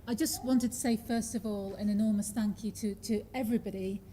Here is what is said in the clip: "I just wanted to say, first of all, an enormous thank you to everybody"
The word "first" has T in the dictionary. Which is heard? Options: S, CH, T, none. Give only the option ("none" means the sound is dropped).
T